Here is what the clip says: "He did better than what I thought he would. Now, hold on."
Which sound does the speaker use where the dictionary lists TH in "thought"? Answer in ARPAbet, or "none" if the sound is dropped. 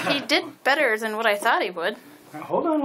TH